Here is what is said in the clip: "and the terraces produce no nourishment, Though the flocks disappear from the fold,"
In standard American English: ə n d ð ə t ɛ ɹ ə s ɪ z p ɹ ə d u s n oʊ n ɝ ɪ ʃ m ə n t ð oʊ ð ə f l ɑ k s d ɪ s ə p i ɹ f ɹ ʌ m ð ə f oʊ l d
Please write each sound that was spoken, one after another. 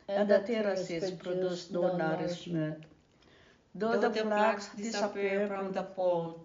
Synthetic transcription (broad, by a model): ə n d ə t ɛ ɹ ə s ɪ s p ɹ ə d u s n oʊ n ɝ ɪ s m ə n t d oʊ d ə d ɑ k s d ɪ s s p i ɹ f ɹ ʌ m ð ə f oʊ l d